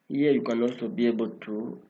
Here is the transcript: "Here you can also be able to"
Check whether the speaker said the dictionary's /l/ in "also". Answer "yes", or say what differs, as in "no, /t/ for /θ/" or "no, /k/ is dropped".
no, /l/ is dropped